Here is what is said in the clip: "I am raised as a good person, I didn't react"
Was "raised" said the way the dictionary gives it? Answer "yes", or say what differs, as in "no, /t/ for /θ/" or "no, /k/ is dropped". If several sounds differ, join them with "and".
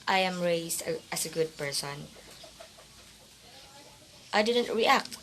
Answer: no, /s/ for /z/